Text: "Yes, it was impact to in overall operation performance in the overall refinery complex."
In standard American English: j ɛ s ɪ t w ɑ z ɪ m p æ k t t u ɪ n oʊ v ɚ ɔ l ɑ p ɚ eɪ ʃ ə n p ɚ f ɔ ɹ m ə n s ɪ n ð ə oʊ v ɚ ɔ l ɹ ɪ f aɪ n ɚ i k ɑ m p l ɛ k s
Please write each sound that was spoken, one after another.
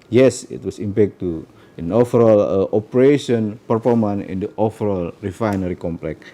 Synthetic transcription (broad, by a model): j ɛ s ɪ t w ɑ s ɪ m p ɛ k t t u ɪ n oʊ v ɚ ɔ l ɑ p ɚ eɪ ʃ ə n p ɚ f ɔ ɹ m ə n ɪ n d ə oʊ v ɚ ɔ l ɹ ɪ f aɪ n ɚ i k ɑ m p l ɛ k